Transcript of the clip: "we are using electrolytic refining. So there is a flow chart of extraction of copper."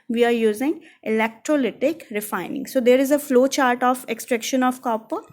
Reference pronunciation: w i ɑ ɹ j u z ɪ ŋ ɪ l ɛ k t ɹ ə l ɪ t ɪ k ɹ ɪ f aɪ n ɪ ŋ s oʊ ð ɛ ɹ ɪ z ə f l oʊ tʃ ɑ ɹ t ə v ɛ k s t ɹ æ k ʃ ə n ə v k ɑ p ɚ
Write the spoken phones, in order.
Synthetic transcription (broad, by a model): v i ɑ ɹ j u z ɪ ŋ ɪ l ɛ k t ɹ ə l ɪ t ɪ k ɹ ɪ f aɪ n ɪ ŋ s oʊ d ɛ ɹ ɪ z ə f l oʊ tʃ ɑ ɹ t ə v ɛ k s t ɹ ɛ k ʃ ə n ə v k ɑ p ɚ